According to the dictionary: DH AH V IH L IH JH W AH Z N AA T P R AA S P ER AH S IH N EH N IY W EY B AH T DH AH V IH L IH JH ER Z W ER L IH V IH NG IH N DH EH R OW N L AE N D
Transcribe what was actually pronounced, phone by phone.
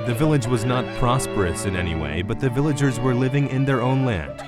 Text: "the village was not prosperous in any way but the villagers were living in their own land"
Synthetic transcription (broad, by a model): DH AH V IH L IH JH W AH Z N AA T P R AA S P ER AH S IH N EH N IY W EY B AH T DH AH V IH L IH JH ER Z W ER L IH V IH NG IH N DH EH R OW N L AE N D